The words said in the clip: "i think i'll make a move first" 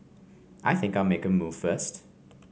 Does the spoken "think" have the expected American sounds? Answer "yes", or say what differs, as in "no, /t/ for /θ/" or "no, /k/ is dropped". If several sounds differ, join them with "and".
yes